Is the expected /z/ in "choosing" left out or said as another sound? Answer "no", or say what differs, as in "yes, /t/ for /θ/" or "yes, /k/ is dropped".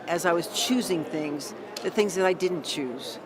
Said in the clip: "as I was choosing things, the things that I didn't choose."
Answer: no